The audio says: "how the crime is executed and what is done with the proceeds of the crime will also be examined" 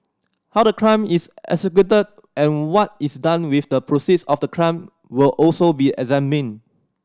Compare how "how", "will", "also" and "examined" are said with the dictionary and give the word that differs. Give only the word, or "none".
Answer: examined